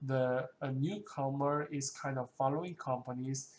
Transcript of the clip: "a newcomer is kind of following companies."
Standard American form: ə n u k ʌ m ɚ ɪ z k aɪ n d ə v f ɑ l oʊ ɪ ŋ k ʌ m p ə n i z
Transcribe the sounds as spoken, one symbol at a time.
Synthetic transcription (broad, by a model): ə n u k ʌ m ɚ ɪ s k aɪ n d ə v f ɑ l oʊ ɪ ŋ k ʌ m p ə n i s